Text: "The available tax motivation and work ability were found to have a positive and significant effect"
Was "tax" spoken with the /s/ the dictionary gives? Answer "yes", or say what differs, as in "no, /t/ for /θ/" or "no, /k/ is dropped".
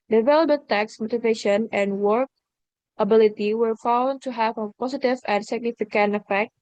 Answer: yes